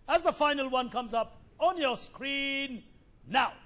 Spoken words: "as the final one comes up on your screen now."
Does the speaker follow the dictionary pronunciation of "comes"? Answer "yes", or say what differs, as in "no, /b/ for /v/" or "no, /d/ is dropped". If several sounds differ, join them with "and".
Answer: yes